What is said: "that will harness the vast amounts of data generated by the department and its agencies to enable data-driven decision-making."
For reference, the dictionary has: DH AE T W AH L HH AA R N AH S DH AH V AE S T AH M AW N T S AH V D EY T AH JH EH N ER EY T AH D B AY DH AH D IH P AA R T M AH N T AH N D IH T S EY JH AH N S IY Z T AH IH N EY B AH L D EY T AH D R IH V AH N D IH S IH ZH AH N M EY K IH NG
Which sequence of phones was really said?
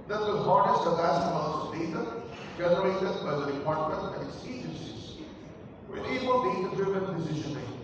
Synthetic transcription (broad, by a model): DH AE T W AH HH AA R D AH S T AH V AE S AH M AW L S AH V D EY T AH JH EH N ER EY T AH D B AY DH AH D IH P AA R T M AH N T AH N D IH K S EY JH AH N S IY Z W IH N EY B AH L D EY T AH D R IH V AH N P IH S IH SH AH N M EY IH